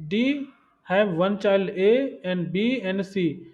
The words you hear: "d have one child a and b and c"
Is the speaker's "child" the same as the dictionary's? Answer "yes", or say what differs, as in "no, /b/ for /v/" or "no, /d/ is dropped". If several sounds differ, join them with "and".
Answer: no, /d/ is dropped